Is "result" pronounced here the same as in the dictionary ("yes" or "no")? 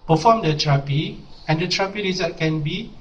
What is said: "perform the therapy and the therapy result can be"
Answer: no